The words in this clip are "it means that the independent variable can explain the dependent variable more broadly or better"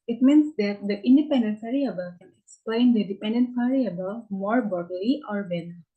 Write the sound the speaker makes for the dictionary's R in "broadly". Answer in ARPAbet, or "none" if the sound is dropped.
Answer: none